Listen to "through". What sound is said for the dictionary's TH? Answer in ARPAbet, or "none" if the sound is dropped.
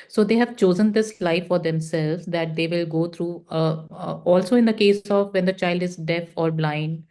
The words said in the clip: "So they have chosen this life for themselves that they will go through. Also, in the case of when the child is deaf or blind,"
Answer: T